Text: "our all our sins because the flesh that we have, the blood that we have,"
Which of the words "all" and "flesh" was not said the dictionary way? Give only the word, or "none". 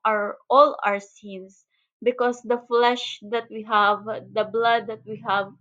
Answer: none